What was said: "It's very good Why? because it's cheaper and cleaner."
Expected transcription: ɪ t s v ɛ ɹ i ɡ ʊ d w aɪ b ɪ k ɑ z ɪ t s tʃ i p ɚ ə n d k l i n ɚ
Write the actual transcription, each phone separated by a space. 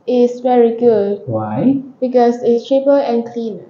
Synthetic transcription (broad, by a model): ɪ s v ɛ ɹ i ɡ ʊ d w aɪ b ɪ k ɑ s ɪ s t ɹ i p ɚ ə n k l i n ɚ